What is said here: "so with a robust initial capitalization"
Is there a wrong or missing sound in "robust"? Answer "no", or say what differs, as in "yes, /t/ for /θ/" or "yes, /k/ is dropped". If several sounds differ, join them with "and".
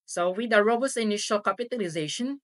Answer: yes, /t/ is dropped